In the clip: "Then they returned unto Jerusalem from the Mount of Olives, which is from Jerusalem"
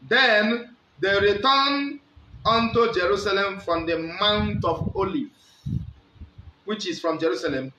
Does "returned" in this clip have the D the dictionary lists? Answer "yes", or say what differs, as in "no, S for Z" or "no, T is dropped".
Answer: no, D is dropped